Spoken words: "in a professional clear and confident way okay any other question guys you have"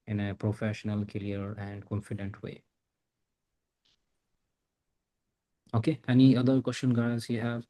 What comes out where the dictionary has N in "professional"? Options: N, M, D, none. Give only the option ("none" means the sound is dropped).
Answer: N